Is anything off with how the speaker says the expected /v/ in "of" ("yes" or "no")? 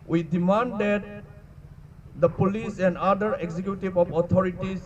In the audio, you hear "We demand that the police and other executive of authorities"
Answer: yes